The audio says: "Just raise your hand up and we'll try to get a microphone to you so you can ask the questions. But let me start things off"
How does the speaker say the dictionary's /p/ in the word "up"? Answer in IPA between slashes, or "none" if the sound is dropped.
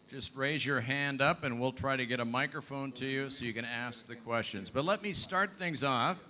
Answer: /p/